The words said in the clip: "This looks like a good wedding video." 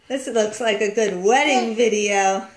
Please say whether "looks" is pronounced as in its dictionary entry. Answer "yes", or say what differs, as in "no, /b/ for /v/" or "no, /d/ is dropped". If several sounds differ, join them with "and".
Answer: yes